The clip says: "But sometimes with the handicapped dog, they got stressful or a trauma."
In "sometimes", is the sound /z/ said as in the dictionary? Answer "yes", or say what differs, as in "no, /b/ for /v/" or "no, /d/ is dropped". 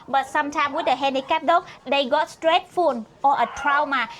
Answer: no, /z/ is dropped